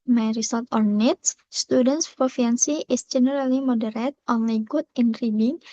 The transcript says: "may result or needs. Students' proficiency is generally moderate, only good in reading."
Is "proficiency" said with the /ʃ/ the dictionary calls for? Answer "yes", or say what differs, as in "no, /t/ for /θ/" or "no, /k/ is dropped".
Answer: no, /ʃ/ is dropped